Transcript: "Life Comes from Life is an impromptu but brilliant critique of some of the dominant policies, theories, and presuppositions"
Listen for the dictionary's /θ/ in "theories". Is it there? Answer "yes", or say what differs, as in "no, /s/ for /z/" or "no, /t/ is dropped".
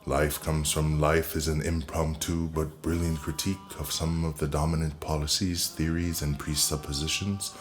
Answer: yes